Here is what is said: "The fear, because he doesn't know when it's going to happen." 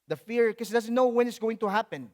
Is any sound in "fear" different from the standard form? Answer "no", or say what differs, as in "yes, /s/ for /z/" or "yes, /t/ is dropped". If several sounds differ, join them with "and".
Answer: no